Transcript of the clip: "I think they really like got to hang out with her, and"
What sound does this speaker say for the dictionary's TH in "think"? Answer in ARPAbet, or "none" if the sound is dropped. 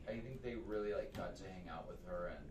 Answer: TH